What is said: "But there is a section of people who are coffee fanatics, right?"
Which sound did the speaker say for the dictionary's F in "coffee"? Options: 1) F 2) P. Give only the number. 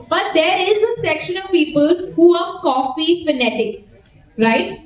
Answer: 1